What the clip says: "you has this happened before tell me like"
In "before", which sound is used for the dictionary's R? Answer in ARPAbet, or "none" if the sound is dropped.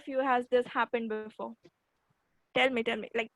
L